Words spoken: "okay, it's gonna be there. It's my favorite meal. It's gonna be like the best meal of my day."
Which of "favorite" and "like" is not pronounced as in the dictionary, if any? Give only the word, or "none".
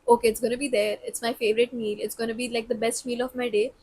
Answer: none